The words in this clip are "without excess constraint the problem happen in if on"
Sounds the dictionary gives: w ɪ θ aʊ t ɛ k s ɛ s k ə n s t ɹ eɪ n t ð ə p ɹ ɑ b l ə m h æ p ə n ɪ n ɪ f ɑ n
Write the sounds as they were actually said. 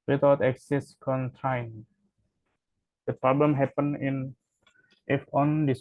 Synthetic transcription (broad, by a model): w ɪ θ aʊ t ɛ k s ɛ s k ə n t ɑ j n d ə p ɹ ɑ b l ə m h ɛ p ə n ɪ n ɪ f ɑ n